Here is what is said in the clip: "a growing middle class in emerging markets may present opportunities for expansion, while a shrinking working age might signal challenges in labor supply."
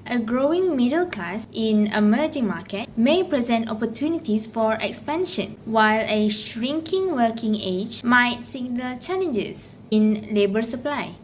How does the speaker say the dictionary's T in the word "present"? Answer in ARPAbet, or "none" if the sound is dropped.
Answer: T